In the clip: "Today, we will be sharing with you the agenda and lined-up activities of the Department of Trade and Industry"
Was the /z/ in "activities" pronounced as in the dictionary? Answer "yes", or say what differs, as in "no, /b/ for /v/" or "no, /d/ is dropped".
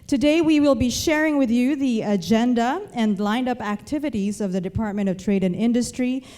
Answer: yes